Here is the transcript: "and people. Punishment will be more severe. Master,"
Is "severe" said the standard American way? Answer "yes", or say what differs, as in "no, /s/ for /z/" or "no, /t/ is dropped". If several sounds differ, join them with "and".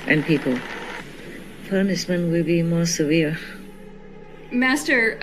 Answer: yes